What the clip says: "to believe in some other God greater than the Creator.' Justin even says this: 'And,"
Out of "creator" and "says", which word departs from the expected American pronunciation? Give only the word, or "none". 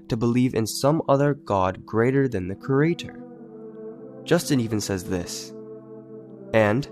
none